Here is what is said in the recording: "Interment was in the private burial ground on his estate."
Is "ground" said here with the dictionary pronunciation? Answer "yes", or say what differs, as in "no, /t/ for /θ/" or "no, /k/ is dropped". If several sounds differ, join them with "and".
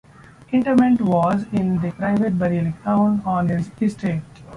no, /d/ is dropped